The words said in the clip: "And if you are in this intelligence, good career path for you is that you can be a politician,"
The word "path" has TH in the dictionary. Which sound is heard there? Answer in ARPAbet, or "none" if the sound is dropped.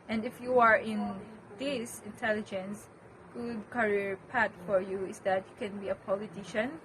T